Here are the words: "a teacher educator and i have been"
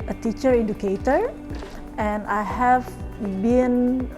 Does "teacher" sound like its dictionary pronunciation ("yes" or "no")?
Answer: yes